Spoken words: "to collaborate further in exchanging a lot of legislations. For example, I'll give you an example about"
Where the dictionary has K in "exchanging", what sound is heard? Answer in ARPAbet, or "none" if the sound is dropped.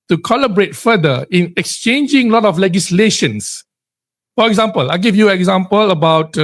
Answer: K